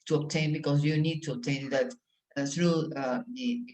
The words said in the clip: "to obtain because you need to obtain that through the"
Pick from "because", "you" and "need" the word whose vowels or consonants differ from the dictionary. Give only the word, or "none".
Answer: because